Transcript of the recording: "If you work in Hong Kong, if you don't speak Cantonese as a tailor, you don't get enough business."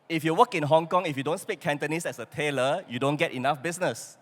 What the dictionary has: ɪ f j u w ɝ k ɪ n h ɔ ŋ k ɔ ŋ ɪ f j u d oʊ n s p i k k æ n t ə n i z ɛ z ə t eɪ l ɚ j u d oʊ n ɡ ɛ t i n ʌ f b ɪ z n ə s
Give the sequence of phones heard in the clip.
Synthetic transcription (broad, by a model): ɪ f j u w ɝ k ɪ n h ɔ ŋ k ɔ ŋ ɪ f j u d oʊ n s p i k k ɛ n t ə n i s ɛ s ə t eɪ l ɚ j u d oʊ n ɡ ɛ t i n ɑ f b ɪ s n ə s